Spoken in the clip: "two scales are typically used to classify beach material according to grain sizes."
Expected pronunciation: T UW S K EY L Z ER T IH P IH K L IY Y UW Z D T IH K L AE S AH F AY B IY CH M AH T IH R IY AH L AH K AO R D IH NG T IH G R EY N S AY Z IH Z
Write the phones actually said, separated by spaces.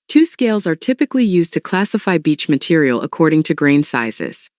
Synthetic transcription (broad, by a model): T UW S K EY L Z ER T IH P IH K L IY Y UW Z T IH K L AE S AH F AY B IY CH M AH T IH R IY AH L AH K AO R D IH NG T IH G R EY N S AY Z IH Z